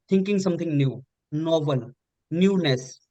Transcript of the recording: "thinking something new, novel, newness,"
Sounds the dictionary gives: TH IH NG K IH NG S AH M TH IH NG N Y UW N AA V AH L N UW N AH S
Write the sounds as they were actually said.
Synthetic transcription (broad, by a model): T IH NG K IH NG S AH M T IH NG N Y UW N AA B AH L N UW N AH S